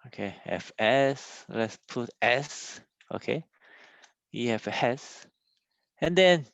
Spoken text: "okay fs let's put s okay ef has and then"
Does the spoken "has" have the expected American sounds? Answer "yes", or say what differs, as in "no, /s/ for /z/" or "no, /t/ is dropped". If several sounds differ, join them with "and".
no, /s/ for /z/